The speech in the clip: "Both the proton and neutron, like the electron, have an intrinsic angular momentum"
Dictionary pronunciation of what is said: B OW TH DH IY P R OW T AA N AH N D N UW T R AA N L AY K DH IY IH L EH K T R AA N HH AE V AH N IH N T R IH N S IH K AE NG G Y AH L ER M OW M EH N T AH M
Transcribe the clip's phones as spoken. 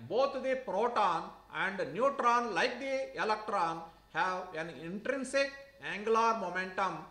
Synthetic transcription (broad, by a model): B OW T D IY P R OW T AA N AH N D N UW T R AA N L AY K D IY IH L EH K T R AA N HH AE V AH N IH N T R IH N S IH K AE NG G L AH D M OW M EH N T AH M